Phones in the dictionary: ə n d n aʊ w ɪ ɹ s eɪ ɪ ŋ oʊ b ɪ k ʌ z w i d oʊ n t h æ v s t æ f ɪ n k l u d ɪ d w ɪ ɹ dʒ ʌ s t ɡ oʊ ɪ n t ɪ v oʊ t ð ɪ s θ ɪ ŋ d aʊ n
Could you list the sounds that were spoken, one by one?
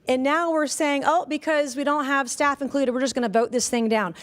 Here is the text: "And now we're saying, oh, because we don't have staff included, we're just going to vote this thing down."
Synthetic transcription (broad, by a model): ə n n aʊ w ɪ ɹ s eɪ ɪ ŋ oʊ b ɪ k ʌ z w i d oʊ n t h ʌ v s t æ f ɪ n k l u d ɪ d w ɪ ɹ dʒ ʌ s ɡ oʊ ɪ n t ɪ v oʊ t ð ɪ s θ ɪ ŋ d aʊ n